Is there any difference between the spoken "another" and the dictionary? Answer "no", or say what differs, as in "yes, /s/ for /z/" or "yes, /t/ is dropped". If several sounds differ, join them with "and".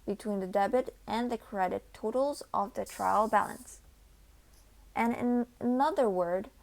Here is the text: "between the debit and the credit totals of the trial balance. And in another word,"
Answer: no